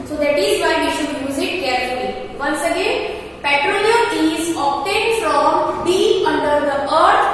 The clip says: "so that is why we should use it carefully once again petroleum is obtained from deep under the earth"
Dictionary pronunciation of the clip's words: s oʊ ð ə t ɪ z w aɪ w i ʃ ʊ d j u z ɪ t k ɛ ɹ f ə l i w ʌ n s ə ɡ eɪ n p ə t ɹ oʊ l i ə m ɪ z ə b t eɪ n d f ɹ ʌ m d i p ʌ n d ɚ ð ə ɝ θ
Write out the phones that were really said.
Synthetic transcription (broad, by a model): s oʊ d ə t ɪ z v aɪ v i ʃ ʊ d j u z ɪ t k ɛ ɹ f ə l i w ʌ n s ə ɡ eɪ n p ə t ɹ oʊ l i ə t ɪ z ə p t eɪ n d f ɹ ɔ m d i ʌ n d ɚ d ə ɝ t